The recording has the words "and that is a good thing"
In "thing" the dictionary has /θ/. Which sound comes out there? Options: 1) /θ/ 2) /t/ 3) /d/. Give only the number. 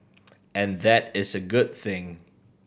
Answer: 1